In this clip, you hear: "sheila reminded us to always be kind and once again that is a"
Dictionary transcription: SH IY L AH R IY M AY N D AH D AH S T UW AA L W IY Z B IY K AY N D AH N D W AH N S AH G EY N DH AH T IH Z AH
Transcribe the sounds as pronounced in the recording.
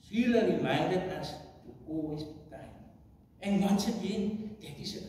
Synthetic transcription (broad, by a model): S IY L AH R IY M AY N D AH D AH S T UW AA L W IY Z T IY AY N AH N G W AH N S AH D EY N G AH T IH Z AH